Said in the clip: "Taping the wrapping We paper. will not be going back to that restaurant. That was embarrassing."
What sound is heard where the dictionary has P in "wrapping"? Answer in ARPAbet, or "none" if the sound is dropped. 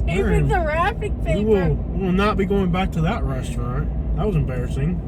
F